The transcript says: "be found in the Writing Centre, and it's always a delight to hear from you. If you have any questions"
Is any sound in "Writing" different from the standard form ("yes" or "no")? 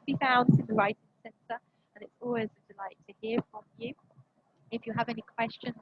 no